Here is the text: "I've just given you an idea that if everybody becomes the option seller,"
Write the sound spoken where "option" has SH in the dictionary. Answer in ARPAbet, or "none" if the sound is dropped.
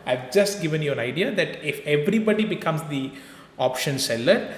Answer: SH